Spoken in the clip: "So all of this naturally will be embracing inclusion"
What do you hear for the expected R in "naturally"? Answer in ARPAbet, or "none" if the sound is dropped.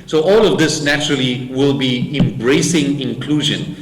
R